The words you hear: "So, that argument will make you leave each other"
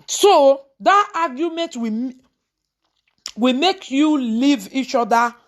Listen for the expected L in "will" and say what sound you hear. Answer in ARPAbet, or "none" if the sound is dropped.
W